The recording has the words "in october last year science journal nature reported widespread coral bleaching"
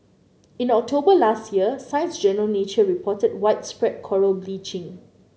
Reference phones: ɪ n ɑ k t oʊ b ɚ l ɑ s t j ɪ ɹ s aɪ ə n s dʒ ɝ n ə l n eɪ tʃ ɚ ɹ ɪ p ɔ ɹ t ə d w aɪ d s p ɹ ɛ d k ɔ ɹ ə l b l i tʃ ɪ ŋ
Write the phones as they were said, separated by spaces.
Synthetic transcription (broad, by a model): ɪ n ɑ k t oʊ b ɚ l ɑ s t j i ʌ s aɪ ə n s dʒ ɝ n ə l n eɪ tʃ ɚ ɹ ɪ p ɔ t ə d w aɪ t s p ɹ ɛ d k ɔ ɹ ə l b l i tʃ ɪ ŋ